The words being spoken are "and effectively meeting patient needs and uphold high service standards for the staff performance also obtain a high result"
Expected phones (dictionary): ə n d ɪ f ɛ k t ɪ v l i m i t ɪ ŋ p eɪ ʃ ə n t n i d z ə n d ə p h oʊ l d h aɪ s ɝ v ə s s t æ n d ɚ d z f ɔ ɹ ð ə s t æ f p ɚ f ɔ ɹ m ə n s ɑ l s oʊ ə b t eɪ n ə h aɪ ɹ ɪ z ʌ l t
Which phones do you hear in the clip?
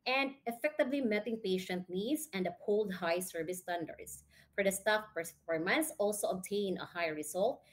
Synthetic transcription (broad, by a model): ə n d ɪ f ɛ k t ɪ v l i m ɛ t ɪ ŋ p eɪ ʃ ə n t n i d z ə n d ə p oʊ l d h aɪ s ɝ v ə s s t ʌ n d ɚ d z f ɔ ɹ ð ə s t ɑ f p ɚ f ɔ ɹ m ə n s ɑ l s oʊ ə b t eɪ n ə h aɪ ɹ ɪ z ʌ l t